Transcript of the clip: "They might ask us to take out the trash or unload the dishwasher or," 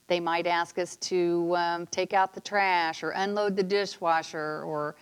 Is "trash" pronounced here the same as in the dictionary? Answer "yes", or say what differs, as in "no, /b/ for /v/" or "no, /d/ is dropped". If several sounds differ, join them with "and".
yes